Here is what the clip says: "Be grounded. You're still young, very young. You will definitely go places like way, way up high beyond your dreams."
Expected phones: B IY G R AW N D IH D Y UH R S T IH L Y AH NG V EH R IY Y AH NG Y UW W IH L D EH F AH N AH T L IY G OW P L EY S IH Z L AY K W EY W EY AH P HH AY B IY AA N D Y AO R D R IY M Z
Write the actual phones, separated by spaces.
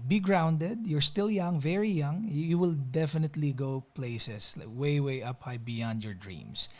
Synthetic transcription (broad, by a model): B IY G R AW N D IH D Y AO R S T IH L Y AH NG V EH R IY Y AH NG Y UW W IH L D EH F AH N AH T L IY G OW P L EY S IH S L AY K W EY W EY AH P HH AY B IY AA N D Y AO R D R IY M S